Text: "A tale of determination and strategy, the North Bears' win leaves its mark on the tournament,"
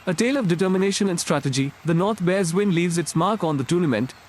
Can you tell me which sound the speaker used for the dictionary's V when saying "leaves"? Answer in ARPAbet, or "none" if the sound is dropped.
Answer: V